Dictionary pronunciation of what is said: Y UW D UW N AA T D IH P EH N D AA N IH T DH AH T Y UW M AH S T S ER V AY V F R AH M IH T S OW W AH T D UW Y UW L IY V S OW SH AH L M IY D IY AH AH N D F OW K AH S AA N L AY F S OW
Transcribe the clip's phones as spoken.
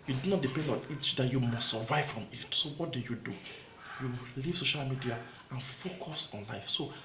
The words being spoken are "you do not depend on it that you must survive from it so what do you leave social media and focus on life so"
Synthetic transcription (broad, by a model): Y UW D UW N AA T D IH P EH N D AA N IH T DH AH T Y UW M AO S T S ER V AY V F R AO M IH T S OW W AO T D UW Y UW L IY V S OW SH AH L M IY D IY AH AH N F OW K AH S AA N L AY F S OW